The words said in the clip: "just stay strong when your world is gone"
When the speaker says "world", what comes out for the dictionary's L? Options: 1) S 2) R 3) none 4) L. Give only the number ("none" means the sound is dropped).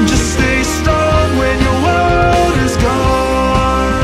3